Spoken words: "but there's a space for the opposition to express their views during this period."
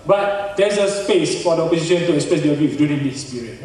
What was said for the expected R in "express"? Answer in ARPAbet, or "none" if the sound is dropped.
none